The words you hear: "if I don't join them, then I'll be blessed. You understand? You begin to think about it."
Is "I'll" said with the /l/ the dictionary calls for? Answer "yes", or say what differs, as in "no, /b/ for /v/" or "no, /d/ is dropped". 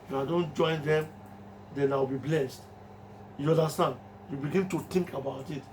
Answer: no, /w/ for /l/